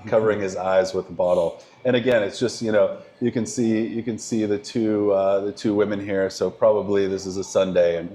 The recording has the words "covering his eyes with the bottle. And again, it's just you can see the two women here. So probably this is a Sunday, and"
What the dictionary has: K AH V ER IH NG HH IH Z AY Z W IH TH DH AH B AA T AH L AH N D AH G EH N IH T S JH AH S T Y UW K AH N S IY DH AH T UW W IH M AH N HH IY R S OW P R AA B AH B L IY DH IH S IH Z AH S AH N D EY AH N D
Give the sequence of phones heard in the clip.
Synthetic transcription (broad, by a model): K AH V ER IH NG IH Z AY Z W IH DH AH B AA T L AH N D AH G EH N IH T S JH AH S T Y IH K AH N S IY DH AH T UW W IH M AH N HH IY R S OW P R AA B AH B L IY DH IH S IH Z AH S AH N D EY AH N